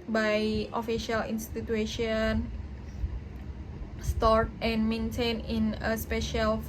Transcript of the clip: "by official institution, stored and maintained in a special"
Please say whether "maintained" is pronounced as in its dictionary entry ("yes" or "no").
no